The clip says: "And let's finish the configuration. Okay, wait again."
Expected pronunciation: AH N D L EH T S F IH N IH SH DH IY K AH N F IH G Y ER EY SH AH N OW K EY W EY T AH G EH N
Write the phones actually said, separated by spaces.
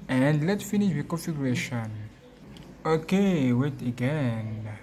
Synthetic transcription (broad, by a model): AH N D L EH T F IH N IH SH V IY K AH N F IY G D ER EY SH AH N OW K EY W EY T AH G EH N